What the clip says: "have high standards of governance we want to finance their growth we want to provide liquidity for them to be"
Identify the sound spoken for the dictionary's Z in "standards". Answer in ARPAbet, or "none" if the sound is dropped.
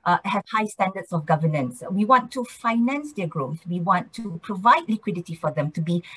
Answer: S